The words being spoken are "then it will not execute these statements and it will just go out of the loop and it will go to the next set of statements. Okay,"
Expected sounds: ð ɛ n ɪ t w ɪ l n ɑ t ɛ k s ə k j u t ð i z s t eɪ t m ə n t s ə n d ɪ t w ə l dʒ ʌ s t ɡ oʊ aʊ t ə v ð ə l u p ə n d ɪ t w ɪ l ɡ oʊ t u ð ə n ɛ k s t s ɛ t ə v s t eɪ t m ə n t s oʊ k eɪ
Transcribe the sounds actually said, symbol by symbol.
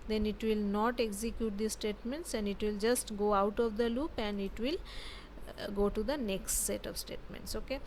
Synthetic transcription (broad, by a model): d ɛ n ɪ t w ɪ l n ɑ t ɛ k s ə k j u t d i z s t eɪ t m ə n t s ə n d ɪ t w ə l dʒ ʌ s t ɡ oʊ aʊ t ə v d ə l u p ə n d ɪ t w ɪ l ɡ oʊ t u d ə n ɛ k s t s ɛ t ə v s t eɪ t m ə n t s oʊ k eɪ